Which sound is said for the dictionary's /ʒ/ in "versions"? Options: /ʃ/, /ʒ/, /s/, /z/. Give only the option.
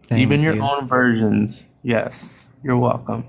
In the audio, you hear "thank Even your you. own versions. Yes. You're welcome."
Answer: /ʒ/